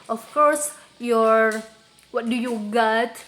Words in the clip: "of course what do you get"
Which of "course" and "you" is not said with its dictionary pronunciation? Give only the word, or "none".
none